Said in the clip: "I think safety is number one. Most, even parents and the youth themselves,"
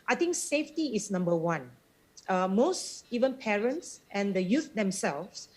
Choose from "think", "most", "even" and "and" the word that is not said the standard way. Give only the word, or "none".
think